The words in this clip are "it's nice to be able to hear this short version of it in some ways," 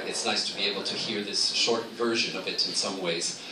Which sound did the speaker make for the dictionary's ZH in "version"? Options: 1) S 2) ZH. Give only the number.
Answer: 2